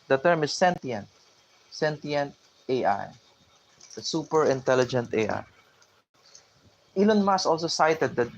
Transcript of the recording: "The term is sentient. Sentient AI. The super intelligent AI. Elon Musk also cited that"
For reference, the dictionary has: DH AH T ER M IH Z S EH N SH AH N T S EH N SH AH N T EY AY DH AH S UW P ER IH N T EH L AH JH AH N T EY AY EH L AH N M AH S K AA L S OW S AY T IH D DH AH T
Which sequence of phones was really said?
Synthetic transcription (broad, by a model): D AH T ER M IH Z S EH N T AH N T S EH N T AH N T EY AY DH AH S UW P ER IH N T EH L AH JH AH N T EY AY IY L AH N M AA S AA L S OW S AY T IH D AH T